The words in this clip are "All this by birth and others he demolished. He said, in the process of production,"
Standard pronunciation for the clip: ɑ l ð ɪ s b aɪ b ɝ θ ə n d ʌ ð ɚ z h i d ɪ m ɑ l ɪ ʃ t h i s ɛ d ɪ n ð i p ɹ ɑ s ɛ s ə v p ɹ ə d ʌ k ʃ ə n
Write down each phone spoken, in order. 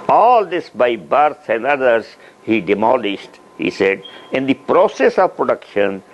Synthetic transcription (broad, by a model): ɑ l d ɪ s b aɪ b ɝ s ə n d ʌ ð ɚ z h i d ɪ m ɑ l ɪ ʃ t h i s ɛ d ɪ n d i p ɹ ɑ s ɛ s ə v p ɹ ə d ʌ k ʃ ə n